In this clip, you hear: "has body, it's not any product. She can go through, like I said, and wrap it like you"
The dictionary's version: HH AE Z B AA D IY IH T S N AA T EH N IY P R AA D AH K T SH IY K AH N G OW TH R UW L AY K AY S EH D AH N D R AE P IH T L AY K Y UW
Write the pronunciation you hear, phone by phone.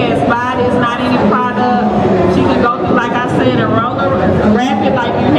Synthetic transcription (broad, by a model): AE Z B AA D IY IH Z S N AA T EH N IY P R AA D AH SH IY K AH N G OW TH UW L AY K AY S EH D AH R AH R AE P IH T L AY K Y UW